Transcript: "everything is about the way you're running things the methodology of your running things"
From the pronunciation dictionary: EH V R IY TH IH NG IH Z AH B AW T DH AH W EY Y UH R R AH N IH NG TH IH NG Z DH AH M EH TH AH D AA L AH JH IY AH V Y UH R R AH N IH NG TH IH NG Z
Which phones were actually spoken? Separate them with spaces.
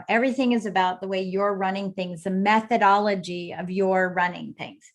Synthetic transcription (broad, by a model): EH V R IY TH IH NG IH Z AH B AW T DH AH W EY Y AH R R AH N IH NG TH IH NG Z DH AH M EH TH AH D AA L AH JH IY AH V Y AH R R AH N IH NG TH IH NG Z